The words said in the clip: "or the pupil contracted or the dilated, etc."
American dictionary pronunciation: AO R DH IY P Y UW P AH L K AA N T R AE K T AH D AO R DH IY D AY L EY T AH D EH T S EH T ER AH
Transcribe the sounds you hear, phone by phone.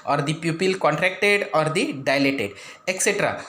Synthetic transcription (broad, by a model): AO R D IY P Y UW P AH L K AA N T R AE K T AH D AO R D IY D AY L EY T AH D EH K S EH T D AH